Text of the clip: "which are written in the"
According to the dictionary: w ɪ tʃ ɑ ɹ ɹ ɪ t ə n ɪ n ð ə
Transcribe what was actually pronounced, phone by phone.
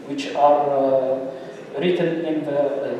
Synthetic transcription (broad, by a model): w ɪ tʃ ɑ ɹ ɹ ɪ t ə n ɪ n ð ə